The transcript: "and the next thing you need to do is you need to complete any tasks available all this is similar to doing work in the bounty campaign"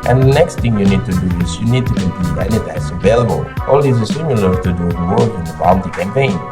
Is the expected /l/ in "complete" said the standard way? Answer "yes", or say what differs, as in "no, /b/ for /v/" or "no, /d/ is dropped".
no, /l/ is dropped